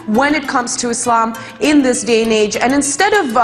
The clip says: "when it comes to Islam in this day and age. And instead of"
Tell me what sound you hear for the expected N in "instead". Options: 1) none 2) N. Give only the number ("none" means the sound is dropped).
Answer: 2